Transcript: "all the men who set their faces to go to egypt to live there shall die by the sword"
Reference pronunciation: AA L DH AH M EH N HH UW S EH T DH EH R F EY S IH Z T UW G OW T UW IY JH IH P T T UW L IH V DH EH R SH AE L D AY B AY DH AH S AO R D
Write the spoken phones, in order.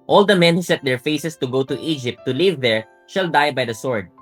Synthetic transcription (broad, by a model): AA L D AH M EH N HH UW S EH T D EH R F EY S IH S T UW G OW T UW IY JH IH P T T UW L IH V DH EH R SH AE L D AY B AY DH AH S AO R D